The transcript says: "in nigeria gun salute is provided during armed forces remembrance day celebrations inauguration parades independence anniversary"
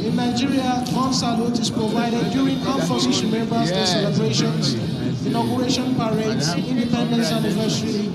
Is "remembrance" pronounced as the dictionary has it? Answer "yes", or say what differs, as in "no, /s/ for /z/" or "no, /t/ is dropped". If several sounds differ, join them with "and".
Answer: no, /n/ is dropped